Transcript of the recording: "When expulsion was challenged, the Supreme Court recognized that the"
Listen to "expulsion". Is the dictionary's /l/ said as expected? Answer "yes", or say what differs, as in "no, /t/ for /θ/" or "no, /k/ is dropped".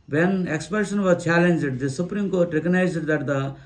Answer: no, /l/ is dropped